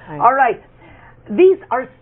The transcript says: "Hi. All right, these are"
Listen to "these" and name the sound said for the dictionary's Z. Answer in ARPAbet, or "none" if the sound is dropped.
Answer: Z